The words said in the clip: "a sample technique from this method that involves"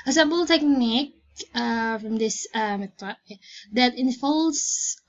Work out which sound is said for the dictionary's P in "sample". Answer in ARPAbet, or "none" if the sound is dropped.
B